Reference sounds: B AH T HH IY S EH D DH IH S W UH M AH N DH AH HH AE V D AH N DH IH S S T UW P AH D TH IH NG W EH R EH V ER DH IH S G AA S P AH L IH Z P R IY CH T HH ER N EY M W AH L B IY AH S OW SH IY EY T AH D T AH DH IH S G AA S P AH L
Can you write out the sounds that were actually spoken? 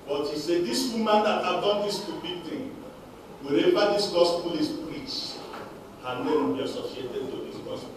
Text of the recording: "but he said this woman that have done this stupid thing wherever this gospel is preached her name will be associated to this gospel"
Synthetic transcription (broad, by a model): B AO T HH IY S EH D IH S W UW M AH N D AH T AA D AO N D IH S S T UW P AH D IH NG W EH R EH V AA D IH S G AA S P AH L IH S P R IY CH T HH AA N EY M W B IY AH S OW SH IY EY T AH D T AH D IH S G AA S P